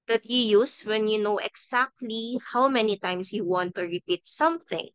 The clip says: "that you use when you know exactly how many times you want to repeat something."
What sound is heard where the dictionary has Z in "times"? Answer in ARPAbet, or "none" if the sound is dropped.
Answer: S